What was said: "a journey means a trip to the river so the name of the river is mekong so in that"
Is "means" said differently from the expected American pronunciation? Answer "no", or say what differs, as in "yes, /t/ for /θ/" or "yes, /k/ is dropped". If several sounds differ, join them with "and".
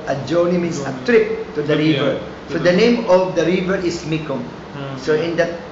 yes, /s/ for /z/